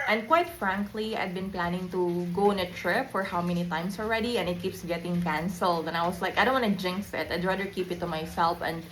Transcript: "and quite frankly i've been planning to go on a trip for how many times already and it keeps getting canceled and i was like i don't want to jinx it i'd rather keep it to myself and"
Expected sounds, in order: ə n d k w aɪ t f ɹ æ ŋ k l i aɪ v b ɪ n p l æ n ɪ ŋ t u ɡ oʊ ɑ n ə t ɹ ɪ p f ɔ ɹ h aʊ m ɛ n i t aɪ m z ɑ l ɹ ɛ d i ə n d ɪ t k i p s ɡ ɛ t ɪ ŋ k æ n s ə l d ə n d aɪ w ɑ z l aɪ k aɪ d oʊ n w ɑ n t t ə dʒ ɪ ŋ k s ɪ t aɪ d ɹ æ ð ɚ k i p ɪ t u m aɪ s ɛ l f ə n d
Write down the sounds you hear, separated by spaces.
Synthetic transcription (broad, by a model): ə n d k w aɪ t f ɹ æ ŋ k l i aɪ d b ɪ n p l æ n ɪ ŋ t u ɡ oʊ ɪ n ə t ɹ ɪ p f ɔ ɹ h aʊ m ɛ n i t aɪ m s ɑ l ɹ ɛ d i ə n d ɪ t k i p s ɡ ɛ t ɪ ŋ k æ n s ə l d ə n aɪ w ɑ s l aɪ k aɪ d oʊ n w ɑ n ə dʒ ɪ ŋ k s ɪ t aɪ d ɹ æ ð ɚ k i p ɪ t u m aɪ s ɛ l f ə n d